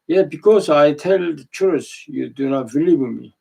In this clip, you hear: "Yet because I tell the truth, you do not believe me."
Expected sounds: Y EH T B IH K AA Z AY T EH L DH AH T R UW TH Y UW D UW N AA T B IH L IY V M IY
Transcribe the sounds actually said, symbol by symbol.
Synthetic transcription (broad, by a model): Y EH B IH K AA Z AY T EH L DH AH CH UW S Y UW D UW N AA T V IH L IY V M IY